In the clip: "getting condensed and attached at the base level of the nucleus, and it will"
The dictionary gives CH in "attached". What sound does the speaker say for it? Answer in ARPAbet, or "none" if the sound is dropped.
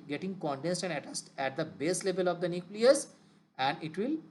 S